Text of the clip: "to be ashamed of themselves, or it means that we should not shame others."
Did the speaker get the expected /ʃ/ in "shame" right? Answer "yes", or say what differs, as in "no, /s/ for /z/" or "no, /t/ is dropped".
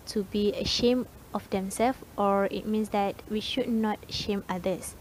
yes